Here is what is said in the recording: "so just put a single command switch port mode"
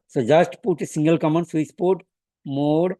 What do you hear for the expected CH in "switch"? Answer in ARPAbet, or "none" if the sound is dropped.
S